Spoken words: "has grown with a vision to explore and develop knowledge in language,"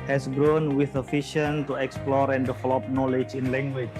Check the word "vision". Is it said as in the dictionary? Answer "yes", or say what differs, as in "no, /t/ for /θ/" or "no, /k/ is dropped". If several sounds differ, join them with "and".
no, /f/ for /v/ and /ʃ/ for /ʒ/